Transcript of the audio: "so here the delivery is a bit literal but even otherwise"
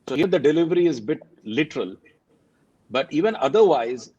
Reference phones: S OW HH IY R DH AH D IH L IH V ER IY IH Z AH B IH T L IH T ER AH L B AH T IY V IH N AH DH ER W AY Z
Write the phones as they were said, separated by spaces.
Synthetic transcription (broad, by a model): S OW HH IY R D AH D IH L IH V ER IY IH Z AH B IH T L IH T ER AH L B AH T IY V IH N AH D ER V AY Z